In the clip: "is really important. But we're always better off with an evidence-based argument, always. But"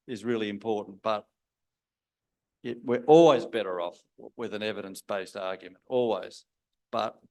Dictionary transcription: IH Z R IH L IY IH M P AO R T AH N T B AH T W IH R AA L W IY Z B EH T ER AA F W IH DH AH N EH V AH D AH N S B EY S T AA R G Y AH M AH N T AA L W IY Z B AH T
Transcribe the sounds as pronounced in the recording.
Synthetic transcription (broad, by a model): IH Z R IH L IY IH M P AO R T N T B AH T W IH R AA L W IY Z B EH T ER AA F W IH DH AH N EH V AH D AH N S B EY S T AA R G Y AH M AH N T AA L W IY Z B AH T